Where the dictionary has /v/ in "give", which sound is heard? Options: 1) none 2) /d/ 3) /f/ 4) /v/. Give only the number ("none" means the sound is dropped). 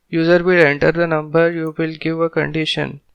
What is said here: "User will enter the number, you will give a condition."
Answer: 4